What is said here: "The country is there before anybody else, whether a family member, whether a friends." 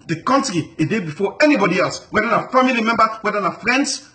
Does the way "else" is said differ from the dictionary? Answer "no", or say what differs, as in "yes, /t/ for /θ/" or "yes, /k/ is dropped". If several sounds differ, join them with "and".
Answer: no